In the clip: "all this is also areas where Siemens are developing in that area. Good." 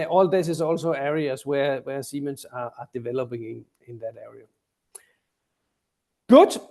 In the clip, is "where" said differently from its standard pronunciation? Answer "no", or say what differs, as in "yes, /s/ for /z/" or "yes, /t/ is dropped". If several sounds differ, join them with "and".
yes, /w/ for /ɹ/